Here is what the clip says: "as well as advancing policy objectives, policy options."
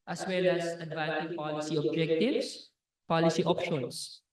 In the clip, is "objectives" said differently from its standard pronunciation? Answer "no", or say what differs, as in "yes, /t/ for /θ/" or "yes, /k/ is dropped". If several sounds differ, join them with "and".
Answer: yes, /s/ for /z/